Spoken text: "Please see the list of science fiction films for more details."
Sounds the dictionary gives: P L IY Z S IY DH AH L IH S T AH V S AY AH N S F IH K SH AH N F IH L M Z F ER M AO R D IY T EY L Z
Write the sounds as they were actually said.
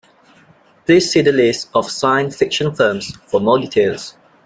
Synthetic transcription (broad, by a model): P L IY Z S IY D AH L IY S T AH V S AY AH N S F IH K SH AH N F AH M S F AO M AO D IY T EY L S